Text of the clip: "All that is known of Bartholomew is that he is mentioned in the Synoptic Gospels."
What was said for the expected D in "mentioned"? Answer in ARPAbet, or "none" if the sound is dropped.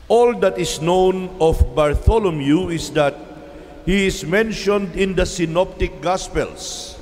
D